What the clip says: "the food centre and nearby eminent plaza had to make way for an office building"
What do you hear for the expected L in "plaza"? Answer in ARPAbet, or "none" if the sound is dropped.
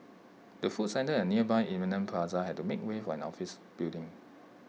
none